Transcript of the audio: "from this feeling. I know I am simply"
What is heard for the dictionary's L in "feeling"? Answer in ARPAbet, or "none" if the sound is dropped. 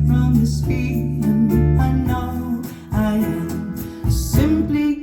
N